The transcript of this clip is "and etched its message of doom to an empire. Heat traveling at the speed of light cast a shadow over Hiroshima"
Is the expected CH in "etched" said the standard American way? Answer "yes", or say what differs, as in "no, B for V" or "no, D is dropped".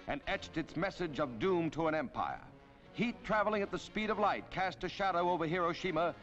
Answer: yes